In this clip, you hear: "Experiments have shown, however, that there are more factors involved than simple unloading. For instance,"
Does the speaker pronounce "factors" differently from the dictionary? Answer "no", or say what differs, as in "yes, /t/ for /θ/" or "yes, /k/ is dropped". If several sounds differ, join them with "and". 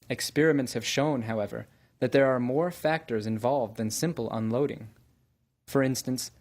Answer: no